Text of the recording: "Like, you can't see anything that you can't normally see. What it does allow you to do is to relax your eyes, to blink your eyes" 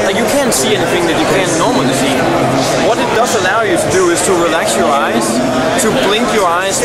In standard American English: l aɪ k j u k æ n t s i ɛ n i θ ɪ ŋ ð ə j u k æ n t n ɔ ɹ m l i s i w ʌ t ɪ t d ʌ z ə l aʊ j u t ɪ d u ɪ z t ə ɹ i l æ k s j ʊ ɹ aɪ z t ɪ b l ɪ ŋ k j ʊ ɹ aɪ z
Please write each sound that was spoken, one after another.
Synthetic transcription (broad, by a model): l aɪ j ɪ k æ n t s i ɛ n i θ ɪ ŋ ð ə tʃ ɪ k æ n n ɔ ɹ m l i s i w ʌ t ɪ t d ʌ z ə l aʊ j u t ɪ d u ɪ z t ə ɹ i l æ k s j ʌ ɹ aɪ z t ɪ b l ɪ ŋ k j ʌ ɹ aɪ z